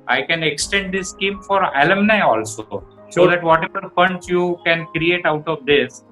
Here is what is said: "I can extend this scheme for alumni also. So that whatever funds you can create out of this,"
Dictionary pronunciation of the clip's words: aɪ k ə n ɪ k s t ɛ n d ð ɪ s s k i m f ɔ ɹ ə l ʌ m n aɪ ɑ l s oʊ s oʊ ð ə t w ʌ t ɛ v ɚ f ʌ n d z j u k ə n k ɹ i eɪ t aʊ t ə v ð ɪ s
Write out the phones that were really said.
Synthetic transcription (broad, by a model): aɪ k ə n ɪ k s t ɛ n d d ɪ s s k i m f ɔ ɹ ə l ʌ m n aɪ ɑ l s oʊ s oʊ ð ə t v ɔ t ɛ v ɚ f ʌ n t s j u k ə n k ɹ i eɪ t aʊ t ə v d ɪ s